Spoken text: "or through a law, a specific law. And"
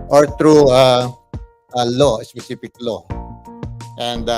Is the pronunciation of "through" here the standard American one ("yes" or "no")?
no